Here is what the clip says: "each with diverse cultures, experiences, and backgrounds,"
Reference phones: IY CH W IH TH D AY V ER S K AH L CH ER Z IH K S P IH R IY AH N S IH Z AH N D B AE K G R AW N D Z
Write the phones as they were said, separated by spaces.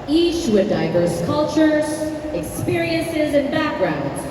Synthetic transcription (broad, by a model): IY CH W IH D AY V ER S K AH L CH ER Z IH K S P IH R IY AH N S IH Z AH N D B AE K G R AW N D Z